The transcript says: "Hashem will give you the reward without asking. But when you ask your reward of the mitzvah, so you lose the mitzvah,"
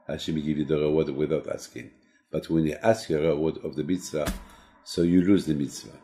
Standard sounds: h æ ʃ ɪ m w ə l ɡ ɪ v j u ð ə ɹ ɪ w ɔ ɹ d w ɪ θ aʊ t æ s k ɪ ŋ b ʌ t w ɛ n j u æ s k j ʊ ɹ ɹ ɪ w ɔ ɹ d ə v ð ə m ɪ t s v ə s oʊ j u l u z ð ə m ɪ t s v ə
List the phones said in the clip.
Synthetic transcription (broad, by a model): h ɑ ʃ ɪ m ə ɡ ɪ v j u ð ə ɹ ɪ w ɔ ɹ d w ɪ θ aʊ t æ s k ɪ ŋ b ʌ t w ɛ n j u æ s k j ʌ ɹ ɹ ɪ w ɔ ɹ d ə v ð ə m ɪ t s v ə s oʊ j u l u z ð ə m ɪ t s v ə